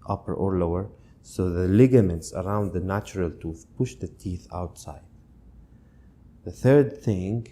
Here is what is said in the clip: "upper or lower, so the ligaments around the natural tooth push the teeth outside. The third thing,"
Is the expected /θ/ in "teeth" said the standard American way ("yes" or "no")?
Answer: yes